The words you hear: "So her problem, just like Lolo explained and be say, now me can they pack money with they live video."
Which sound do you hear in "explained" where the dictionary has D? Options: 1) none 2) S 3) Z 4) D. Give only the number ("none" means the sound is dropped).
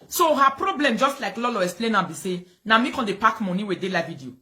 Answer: 1